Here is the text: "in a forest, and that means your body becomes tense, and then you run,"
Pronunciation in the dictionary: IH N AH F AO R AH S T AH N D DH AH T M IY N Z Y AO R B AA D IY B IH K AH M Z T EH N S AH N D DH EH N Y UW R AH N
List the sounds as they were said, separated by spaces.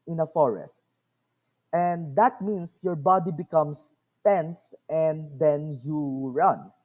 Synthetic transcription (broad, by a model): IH N AH F AO R AH S T AH N D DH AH T M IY N S Y AO R B AA D IY B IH K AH M S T EH N S AH N D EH N Y UW R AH N